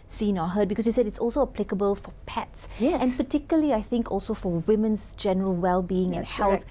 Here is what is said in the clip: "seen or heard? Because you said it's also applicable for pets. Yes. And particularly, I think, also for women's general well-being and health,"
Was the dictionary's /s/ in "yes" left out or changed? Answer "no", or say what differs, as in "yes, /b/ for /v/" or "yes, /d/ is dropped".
yes, /s/ is dropped